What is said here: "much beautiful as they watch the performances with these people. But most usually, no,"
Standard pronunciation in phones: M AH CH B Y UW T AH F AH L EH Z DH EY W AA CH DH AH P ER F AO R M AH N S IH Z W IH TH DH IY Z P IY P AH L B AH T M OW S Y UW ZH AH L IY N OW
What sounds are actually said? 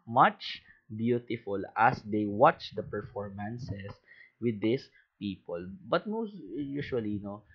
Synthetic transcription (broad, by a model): M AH CH B Y UW T AH F AH L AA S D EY W AA CH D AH P ER F AO R M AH N S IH S W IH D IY S P IY P AH L B AH T M OW S Y UW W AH L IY N OW